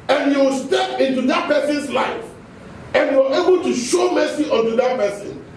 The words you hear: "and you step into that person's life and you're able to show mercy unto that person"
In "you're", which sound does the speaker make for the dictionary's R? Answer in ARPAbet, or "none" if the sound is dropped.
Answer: W